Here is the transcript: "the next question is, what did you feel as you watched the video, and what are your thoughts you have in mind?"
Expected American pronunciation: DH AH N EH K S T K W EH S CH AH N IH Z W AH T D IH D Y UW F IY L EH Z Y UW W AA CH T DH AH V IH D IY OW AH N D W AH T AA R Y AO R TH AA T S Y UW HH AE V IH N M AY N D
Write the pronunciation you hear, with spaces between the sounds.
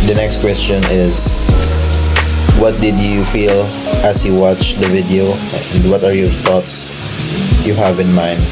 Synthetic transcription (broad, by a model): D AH N EH K S T K W EH S CH AH N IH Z W AH T D IH D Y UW F IY L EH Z Y UW W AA CH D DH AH V IH D IY OW AH N D W AH T AA R Y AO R TH AA T S Y UW HH AE V IH N M AY N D